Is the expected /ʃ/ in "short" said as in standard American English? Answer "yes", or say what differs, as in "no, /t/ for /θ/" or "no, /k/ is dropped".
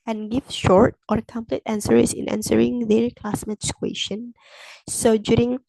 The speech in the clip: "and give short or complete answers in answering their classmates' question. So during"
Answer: yes